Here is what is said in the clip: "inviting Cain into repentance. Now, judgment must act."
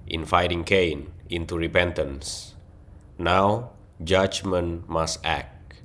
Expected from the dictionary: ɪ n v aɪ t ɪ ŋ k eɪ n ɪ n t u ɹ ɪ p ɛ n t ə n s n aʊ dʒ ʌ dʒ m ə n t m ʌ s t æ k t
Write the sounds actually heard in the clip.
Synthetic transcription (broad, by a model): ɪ n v aɪ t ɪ ŋ k eɪ n ɪ n t u ɹ ɪ p ɛ n t ə n s n aʊ dʒ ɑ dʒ m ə n m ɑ s t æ k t